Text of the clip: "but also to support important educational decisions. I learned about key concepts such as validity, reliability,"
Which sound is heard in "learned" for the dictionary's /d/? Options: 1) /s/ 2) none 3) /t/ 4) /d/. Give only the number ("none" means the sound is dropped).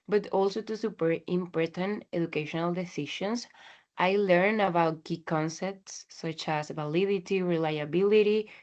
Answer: 2